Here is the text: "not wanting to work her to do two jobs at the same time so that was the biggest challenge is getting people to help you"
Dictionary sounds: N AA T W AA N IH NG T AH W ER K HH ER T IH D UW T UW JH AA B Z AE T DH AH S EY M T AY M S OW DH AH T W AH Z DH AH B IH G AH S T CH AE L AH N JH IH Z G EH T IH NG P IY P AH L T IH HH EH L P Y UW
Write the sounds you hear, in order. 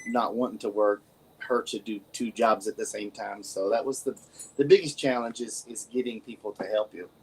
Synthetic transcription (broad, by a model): N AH T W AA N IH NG T AH W ER K HH ER T IH D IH T UW JH AA B Z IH T DH AH S EY M T AY M S OW DH AH T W AH Z DH AH B IH G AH S CH AE L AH N JH IH Z G EH T IH NG P IY P L T IH HH EH L P Y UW